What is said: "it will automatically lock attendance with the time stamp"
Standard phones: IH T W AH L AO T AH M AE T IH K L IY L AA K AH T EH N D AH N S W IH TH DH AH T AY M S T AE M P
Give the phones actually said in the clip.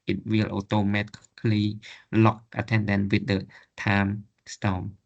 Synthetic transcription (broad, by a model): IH T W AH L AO T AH M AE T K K L IY L AA K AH T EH N D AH N W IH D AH T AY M S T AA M